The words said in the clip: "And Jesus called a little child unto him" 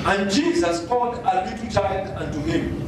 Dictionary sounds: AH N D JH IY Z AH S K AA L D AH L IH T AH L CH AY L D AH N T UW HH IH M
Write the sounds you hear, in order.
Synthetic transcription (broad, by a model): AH N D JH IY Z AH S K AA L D AH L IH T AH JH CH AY D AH N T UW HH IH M